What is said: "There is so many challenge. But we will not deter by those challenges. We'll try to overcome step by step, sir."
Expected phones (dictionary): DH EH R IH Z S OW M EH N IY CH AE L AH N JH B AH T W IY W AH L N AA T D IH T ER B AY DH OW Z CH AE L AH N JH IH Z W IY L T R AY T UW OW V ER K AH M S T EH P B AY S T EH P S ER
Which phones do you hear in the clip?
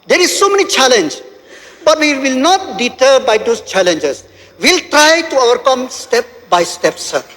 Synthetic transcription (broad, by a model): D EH R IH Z S OW M EH N IY CH AE L AH N JH B AH T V IY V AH L N AA T D IH T ER B AY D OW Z CH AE L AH N JH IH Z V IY L T R AY T UW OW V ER K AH M S T EH P B AY S T EH P S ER